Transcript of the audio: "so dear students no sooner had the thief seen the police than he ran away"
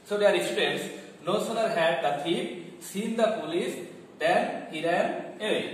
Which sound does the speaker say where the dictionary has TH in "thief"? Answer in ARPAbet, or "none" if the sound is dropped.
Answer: T